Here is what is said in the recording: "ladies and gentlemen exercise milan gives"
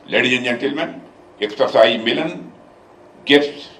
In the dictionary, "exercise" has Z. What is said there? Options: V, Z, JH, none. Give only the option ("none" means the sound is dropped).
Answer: none